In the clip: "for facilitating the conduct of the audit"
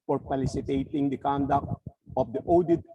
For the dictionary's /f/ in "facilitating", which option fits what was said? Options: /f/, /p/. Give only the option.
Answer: /p/